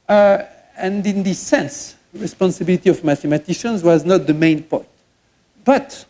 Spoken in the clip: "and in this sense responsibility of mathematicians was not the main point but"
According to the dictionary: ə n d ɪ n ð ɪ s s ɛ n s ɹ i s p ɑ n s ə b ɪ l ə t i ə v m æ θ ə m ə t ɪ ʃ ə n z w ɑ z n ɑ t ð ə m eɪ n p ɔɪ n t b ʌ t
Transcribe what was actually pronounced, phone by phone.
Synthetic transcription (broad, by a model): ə n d ɪ n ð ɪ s s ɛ n s ɹ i s p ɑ n s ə b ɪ l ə t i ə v m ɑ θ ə m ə t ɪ ʃ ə n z w ɑ z n ɑ t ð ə m eɪ n p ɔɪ t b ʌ t